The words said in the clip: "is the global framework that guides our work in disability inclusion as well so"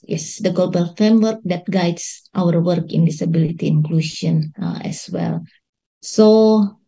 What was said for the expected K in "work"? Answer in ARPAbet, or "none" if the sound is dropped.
K